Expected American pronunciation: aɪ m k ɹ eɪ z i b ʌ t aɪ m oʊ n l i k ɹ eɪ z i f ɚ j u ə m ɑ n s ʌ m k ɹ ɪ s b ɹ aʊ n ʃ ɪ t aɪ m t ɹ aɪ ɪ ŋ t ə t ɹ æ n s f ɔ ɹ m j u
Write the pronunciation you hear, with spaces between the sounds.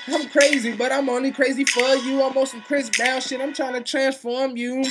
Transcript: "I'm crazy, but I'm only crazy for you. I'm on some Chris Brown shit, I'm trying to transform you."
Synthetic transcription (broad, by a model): aɪ m k ɹ eɪ z i b ʌ t aɪ m oʊ n l i k ɹ eɪ z i f ɚ j u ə m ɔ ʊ s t k ɹ ɪ s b aʊ l ʃ ɪ t aɪ m t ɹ aɪ ɪ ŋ t ə t ɹ æ n s f ɔ ɹ m j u